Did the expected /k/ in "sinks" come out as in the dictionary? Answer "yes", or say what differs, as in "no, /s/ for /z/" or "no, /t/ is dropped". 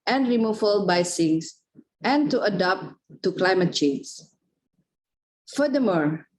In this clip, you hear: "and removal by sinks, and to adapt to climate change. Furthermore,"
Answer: no, /k/ is dropped